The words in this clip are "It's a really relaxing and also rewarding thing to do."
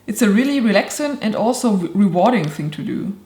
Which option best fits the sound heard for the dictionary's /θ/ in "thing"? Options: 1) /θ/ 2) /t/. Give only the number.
1